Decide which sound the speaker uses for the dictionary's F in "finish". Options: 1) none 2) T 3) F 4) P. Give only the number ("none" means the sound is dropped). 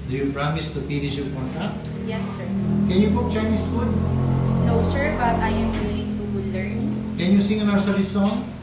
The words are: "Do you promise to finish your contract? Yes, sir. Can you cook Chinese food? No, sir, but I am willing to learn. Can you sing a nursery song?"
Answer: 4